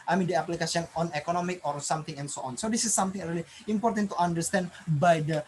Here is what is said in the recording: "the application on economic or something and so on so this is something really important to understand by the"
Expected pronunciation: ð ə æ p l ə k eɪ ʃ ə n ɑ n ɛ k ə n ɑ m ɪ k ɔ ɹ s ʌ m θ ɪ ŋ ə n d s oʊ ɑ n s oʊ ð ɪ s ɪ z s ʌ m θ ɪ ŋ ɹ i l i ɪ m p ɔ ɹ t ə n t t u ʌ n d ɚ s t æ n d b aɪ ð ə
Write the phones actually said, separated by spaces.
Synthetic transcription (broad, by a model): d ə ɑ p l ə k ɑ s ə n ɑ n ɛ k ə n ɑ m ɪ k ɔ ɹ s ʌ m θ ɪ ŋ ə n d s oʊ ɑ n s oʊ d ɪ s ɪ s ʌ m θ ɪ ŋ ɹ i l i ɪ m p ɔ ɹ t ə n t t u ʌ n d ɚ s t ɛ n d b aɪ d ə